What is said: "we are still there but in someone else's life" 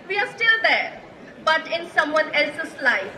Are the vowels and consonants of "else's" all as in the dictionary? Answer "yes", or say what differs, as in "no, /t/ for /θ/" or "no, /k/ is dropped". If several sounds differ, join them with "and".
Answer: no, /s/ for /z/